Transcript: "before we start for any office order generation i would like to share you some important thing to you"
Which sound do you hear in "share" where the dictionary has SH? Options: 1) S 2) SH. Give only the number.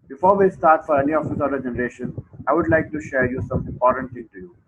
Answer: 2